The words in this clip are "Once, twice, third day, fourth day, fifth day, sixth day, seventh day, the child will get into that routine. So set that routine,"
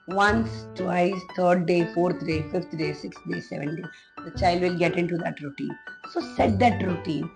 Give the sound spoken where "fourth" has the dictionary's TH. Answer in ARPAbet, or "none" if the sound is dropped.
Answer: T